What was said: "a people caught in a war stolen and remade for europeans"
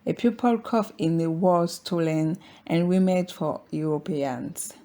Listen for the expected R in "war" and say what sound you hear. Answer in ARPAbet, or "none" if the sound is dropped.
L